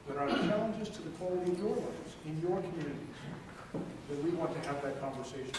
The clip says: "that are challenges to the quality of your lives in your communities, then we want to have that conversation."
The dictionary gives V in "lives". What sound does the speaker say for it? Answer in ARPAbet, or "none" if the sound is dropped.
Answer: none